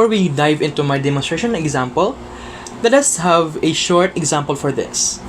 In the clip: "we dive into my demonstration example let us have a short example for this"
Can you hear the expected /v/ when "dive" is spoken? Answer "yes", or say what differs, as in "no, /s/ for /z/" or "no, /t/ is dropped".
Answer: yes